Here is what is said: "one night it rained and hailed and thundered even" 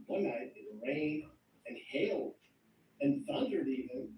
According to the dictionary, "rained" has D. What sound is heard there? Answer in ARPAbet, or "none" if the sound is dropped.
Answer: none